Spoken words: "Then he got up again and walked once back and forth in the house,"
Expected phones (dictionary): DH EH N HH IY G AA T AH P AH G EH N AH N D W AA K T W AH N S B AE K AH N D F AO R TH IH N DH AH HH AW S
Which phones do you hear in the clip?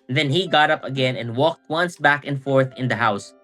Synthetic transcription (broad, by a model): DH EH N HH IY G AA T AH P AH G EH N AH N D W AA K T W AH N S B AE K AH N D F AO R TH IH N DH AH HH AW S